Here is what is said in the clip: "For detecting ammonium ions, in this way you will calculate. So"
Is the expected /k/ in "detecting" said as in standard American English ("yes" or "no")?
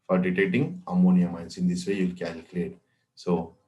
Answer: no